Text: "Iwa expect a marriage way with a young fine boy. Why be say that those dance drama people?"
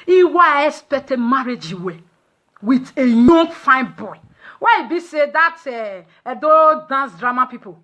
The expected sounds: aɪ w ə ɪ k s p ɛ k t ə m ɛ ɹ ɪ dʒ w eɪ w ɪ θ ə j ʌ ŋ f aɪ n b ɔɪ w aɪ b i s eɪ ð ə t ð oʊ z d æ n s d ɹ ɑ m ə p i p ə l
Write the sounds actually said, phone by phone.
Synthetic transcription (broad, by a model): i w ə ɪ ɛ s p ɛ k t ə m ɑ ɹ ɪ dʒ w eɪ w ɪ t ə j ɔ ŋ f aɪ n b ɔɪ w aɪ b i s eɪ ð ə t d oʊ d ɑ n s d ɹ ɑ m ə p i p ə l